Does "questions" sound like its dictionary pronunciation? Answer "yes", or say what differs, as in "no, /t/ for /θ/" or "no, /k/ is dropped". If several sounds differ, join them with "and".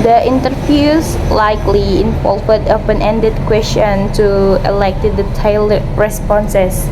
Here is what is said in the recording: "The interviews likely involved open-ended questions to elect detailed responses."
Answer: no, /z/ is dropped